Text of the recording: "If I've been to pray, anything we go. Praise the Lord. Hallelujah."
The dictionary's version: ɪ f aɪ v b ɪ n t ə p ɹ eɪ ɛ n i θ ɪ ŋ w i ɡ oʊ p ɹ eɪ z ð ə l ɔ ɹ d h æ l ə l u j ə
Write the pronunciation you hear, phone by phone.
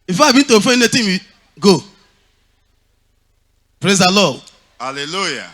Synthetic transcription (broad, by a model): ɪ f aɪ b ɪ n t ə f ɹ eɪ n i t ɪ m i ɡ oʊ p ɹ eɪ z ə l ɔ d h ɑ l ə l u j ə